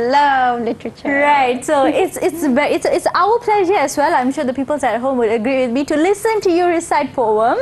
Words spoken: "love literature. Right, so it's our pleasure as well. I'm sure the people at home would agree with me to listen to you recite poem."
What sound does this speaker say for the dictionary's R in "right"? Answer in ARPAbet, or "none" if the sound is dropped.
R